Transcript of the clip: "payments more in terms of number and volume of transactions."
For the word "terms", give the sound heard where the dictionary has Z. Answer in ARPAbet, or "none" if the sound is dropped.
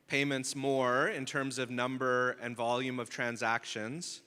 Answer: Z